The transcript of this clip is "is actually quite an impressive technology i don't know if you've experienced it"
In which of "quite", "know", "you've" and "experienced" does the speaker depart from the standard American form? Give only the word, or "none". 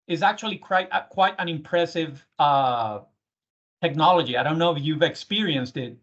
none